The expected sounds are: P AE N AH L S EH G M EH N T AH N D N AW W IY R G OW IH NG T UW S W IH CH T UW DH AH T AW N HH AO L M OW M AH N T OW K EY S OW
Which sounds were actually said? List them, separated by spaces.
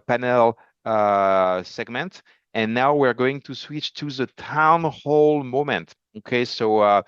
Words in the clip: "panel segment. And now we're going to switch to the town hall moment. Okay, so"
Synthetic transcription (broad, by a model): P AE N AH L S EH G M EH N T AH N N AW W IY R G OW IH NG T UW S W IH CH T UW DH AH T AW N HH AO L M OW M AH N T OW K EY S OW